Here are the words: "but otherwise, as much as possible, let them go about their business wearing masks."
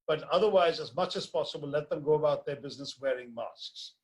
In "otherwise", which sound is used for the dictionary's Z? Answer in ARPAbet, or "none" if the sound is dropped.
Z